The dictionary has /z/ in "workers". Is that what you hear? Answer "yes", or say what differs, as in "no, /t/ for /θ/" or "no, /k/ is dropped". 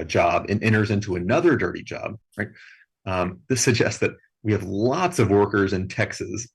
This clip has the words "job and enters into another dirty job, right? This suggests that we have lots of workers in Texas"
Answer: yes